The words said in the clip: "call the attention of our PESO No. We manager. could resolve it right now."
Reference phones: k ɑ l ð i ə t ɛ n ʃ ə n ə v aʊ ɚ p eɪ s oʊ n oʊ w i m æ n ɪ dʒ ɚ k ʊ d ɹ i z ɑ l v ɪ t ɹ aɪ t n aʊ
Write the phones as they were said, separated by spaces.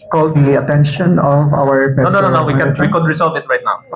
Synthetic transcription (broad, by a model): k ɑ l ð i ə t ɛ n ʃ ə n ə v aʊ ɚ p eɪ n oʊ n oʊ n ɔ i ɪ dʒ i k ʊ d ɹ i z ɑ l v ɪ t ɹ aɪ t n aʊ